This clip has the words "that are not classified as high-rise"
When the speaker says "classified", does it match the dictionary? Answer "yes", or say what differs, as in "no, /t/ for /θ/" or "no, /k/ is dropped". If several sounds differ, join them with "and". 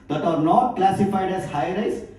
yes